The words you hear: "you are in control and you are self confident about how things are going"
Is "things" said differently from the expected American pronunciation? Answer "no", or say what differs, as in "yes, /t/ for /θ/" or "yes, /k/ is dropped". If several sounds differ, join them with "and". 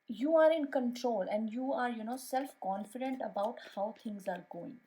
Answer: yes, /t/ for /θ/